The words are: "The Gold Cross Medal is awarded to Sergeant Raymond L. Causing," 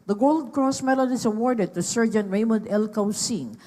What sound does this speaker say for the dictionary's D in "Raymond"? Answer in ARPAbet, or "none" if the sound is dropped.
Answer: D